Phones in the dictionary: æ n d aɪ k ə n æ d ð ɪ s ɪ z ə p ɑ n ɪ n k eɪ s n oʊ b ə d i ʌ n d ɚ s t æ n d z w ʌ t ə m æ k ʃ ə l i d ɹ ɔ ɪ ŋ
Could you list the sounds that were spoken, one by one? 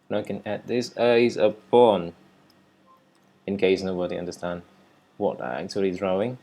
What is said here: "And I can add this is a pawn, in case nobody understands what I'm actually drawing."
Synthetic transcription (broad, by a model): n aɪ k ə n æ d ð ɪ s ɪ z ə b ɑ n ɪ n k eɪ s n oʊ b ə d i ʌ n d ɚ s t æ n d w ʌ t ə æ k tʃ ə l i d ɹ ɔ ɪ ŋ